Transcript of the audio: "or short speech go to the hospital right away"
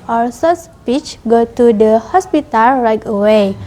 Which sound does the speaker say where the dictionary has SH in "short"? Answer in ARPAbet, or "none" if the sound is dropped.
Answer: S